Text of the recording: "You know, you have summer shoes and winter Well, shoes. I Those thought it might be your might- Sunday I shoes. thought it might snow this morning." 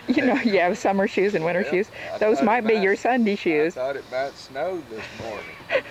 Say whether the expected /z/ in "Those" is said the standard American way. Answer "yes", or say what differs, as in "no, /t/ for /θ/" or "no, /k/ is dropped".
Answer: yes